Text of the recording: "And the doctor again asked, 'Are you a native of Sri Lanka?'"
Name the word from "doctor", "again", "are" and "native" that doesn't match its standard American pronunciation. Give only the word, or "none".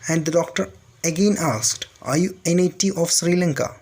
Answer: native